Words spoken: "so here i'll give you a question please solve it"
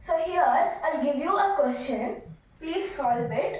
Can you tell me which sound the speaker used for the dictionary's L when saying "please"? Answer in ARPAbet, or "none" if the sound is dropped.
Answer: none